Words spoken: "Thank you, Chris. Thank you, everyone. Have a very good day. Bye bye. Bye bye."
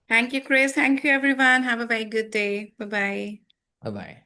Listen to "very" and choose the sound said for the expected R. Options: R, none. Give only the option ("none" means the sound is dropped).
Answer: none